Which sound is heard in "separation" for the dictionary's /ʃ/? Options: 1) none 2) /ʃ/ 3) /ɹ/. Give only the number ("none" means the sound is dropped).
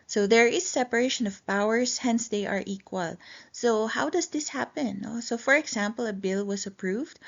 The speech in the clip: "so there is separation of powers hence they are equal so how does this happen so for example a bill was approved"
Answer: 2